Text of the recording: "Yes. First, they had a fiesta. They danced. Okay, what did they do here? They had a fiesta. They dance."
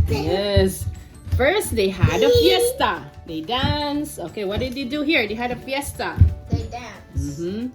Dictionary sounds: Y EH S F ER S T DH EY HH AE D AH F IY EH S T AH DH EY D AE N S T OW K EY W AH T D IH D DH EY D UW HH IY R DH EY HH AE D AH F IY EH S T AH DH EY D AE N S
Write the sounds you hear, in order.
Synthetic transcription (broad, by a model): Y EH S F ER S T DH EY HH AE D AH F IY EH S T AH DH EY D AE N S OW K EY W AH T D IH D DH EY D UW HH IY R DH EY HH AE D AH F IY EH S T AH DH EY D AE N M